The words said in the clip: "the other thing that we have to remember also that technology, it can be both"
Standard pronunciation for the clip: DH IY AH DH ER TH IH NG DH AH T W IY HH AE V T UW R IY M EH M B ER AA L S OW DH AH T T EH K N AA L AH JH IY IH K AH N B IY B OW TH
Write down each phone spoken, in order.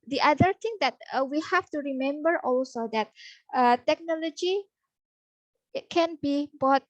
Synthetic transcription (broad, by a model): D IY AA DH ER T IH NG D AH T W IY HH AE F T UW R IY M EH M B ER AA L S OW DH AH T T EH K N AA L AH JH IY K AH N B IY B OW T